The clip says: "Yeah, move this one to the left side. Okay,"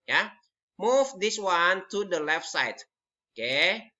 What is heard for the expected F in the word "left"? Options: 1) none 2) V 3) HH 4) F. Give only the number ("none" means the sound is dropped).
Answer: 4